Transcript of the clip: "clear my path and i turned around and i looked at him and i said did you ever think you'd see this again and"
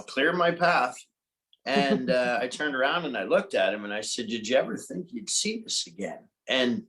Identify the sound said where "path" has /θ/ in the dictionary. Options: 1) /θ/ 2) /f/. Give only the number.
1